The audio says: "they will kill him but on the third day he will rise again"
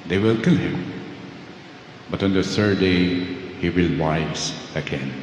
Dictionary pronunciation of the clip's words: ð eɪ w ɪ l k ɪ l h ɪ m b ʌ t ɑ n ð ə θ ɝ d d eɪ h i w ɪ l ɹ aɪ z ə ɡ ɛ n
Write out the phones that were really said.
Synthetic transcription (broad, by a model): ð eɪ w ɪ l k ɪ l h ɪ m b ʌ t ɑ n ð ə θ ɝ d d eɪ h i w ɪ l w aɪ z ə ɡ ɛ n